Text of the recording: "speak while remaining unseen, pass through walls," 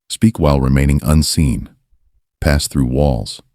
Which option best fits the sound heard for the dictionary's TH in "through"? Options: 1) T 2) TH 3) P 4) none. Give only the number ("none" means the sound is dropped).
2